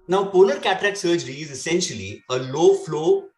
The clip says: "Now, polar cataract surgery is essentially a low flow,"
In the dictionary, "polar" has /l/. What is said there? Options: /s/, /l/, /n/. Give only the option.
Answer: /n/